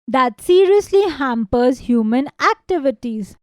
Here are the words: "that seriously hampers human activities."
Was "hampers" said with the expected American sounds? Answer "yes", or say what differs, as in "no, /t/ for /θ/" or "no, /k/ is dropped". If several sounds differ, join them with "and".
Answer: yes